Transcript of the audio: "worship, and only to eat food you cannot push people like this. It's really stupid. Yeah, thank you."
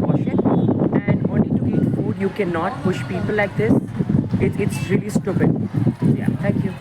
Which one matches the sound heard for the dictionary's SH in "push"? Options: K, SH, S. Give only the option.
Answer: SH